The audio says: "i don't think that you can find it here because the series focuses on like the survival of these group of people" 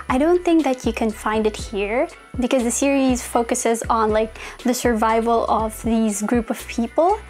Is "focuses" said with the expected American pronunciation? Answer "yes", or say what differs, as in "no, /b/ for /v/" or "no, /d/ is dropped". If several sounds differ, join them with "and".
yes